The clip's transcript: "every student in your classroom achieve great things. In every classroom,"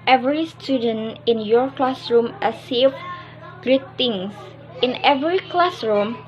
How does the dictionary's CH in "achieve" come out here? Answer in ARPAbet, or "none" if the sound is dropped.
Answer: S